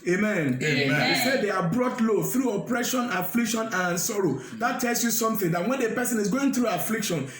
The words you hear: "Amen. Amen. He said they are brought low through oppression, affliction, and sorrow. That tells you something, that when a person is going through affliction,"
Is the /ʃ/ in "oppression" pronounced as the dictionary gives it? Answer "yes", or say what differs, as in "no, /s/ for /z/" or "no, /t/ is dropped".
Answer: yes